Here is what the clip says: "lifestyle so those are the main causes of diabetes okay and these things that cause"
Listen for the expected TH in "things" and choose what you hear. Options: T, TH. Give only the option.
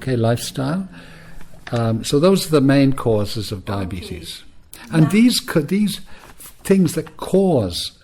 TH